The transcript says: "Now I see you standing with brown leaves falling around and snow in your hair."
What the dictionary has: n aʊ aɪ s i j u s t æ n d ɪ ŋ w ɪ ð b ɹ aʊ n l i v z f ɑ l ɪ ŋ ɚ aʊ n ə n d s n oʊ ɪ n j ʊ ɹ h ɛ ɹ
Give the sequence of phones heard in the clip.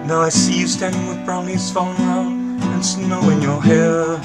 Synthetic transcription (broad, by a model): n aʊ aɪ s i j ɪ s t æ n d ɪ ŋ w ɪ ð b ɹ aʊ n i z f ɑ n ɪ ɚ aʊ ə n s n oʊ ɪ n j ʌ ɹ h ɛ ɹ